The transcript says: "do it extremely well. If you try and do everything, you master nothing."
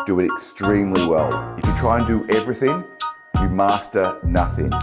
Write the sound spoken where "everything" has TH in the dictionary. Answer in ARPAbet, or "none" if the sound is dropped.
TH